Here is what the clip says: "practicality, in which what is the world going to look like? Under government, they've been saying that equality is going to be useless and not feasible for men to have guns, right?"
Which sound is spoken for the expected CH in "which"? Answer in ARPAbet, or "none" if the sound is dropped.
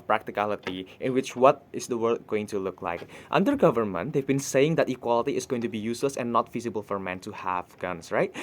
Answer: CH